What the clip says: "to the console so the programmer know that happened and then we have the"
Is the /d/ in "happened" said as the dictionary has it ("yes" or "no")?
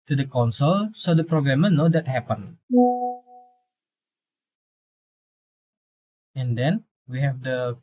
no